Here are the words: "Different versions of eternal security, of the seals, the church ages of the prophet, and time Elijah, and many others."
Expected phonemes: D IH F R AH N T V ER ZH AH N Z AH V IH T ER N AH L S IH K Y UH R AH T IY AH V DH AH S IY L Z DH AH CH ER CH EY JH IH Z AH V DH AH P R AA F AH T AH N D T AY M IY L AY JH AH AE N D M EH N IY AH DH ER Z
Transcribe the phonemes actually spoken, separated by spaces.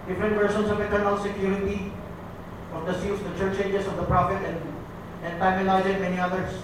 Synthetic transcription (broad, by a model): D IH F R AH N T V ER SH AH N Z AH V IH T ER N AH L S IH K Y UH R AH T IY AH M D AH S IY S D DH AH CH ER CH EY JH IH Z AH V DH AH P R AA F AH T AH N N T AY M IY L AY Z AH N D M EH N IY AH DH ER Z